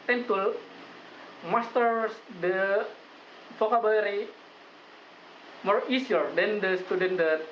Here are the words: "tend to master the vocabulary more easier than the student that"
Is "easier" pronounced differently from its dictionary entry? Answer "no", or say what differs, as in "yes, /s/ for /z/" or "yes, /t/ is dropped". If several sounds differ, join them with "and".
yes, /s/ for /z/